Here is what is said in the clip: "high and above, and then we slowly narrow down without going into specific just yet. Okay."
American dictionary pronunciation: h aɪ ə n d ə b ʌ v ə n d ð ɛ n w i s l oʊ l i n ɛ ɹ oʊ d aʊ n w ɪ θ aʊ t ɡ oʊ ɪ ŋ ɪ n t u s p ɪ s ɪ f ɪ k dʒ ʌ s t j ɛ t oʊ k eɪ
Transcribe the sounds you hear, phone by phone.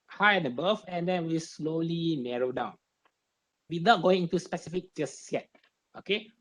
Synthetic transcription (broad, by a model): h aɪ ə n d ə b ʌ f ə n d ɛ n w i s l oʊ l i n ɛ ɹ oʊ d aʊ n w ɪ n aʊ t ɡ oʊ ɪ ŋ ɪ n t u s p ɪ s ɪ f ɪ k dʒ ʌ s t j ɛ t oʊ k eɪ